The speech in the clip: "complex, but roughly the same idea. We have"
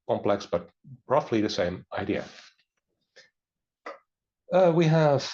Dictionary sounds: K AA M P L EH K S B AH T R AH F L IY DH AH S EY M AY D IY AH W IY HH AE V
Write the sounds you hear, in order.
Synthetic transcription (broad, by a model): K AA M P L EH K S B AH T R AH F L IY DH AH S EY M AY D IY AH W IY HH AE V